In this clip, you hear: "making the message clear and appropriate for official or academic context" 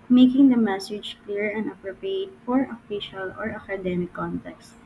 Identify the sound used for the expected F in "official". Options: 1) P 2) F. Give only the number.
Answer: 2